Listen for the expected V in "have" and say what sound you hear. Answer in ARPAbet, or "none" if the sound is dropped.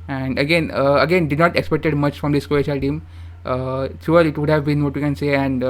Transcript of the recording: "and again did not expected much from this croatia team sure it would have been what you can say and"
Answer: V